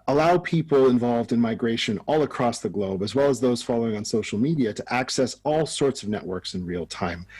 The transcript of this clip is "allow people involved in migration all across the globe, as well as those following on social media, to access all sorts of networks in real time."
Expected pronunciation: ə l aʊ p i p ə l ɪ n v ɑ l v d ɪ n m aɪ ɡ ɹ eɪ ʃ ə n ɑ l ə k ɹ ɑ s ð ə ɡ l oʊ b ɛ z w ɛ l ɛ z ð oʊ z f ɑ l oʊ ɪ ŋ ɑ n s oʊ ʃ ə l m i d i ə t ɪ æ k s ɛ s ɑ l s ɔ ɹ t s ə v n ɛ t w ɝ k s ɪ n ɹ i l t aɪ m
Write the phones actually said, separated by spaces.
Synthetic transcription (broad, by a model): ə l aʊ p i p l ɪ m v ɑ l v d ɪ n m aɪ ɡ ɹ eɪ ʃ ə n ɑ l ə k ɹ ɑ s ð ə ɡ l oʊ b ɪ z w ɛ l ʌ z ð oʊ z f ɑ l oʊ ɪ ŋ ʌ n s oʊ ʃ l m i d i ə t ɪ æ k s ɛ s ɑ l s ɔ ɹ t s ə v n ɛ t w ɝ k s ɪ n ɹ i l t aɪ m